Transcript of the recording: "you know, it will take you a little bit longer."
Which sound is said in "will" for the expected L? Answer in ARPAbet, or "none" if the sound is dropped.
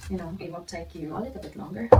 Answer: N